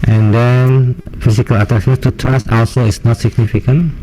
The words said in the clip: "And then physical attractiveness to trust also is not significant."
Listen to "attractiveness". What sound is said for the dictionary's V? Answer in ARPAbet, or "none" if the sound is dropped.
none